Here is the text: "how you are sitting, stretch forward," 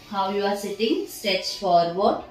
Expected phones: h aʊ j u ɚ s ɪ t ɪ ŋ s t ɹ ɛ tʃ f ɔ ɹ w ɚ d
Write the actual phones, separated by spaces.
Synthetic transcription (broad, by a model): h aʊ j u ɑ s ɪ t ɪ ŋ s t ɛ s f ɔ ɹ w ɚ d